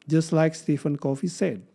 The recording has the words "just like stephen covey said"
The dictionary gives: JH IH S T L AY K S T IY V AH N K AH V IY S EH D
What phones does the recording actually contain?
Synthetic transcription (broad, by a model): JH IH S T L AY K S T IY F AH N K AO F IY S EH D